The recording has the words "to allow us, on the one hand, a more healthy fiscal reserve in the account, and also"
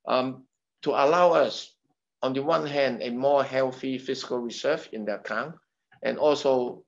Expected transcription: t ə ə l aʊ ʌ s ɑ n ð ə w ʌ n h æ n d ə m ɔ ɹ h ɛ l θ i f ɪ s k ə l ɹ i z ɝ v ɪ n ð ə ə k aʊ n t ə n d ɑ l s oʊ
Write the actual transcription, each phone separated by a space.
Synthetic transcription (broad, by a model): t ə ə l aʊ ʌ s ɑ n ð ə w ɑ n h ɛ n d ə m ɔ h ɛ l θ i f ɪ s k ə l ɹ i s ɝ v ɪ n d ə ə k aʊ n t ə n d ɑ l s oʊ